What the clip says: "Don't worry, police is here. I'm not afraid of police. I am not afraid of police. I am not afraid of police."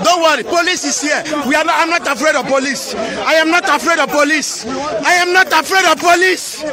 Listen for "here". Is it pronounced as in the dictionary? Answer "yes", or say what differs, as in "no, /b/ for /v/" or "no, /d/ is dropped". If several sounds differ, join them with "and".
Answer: no, /w/ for /ɹ/